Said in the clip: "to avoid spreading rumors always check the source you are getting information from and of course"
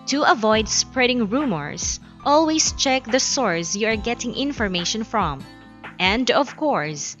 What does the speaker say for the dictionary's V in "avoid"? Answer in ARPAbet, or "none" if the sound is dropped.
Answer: V